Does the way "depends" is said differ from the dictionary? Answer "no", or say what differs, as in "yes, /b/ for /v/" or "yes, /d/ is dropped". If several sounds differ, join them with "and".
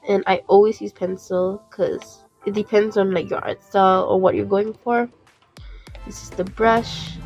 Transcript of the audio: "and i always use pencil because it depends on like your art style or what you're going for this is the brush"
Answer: no